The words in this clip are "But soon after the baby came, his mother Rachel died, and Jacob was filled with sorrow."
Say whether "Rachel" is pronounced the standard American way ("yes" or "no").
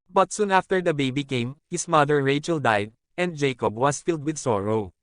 yes